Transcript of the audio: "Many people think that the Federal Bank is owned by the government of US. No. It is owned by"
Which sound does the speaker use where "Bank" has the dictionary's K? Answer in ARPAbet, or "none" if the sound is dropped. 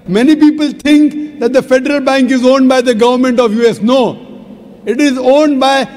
K